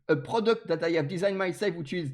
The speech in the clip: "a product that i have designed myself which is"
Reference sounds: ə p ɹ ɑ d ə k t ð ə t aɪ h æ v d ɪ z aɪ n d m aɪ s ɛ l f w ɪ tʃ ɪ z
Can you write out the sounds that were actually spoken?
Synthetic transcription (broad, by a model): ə p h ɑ d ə k t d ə t aɪ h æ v d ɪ z aɪ n m aɪ s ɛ l f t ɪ ɪ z